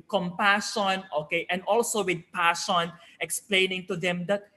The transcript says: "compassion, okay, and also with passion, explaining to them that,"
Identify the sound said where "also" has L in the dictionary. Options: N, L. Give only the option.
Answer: L